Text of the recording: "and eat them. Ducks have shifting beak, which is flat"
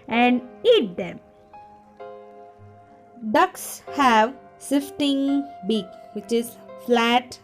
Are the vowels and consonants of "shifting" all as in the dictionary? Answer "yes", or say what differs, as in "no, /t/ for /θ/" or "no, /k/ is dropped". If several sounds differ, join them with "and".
no, /s/ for /ʃ/